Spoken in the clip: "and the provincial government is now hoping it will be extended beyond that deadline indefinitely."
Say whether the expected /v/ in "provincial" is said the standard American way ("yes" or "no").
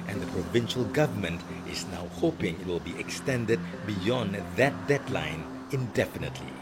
yes